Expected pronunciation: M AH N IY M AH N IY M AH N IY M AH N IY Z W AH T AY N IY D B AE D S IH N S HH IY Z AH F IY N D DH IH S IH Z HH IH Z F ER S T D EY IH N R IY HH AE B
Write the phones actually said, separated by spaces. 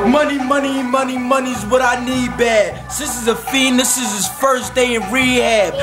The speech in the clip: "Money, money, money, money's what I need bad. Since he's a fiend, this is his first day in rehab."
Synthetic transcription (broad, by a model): M AH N IY M AH N IY M AH N IY M AH N IY Z W AH T AY N IY D B AE D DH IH S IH Z AH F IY N DH IH S IH Z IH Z F ER S D EY IH N R IY HH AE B